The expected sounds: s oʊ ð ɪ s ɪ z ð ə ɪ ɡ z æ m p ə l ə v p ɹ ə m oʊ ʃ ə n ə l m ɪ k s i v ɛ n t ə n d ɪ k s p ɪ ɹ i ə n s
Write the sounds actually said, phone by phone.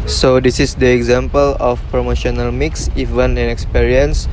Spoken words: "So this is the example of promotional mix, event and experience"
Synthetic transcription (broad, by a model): s oʊ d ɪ s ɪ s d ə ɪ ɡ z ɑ m p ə l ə f p ɹ ə m oʊ ʃ ə n ə l m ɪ k s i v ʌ n ə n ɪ k s p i ɹ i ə n s